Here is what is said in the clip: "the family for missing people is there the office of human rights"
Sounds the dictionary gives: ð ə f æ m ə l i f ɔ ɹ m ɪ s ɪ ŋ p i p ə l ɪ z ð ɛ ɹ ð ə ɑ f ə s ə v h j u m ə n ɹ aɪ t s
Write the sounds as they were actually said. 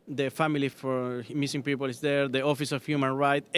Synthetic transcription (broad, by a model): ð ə f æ m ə l i f ɔ ɹ m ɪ s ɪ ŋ p i p ə l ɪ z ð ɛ ɹ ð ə ɑ f ə s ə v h j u m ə n ɹ aɪ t